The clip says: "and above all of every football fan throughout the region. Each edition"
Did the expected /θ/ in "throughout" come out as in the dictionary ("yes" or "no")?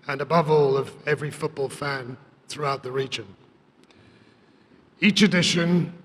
yes